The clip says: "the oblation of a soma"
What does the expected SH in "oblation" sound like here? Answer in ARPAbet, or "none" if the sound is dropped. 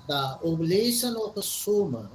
S